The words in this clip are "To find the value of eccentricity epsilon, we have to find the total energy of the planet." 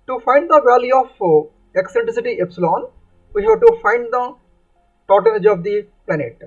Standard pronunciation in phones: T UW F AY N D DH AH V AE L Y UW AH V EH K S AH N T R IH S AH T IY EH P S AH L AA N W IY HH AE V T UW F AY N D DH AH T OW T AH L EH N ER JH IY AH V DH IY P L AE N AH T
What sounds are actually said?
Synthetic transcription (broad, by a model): T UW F AY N D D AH V AE L Y UW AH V EH K S AH N T R IH S AH T IY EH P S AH L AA N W IY HH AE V T UW F AY N D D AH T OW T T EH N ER JH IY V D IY P L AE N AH T